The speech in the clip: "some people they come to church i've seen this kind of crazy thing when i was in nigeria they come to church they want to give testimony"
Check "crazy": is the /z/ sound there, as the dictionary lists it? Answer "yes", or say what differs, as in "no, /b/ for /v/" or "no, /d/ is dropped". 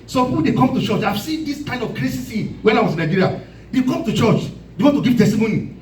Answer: no, /s/ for /z/